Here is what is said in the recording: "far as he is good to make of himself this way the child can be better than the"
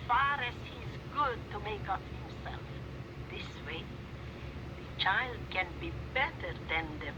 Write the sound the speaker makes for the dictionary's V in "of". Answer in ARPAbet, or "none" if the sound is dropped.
P